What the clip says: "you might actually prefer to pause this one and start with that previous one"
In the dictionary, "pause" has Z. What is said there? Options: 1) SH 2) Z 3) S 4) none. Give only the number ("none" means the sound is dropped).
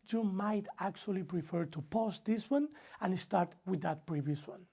3